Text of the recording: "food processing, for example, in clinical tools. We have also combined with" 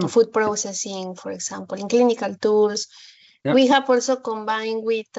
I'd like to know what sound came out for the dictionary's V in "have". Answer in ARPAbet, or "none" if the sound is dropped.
P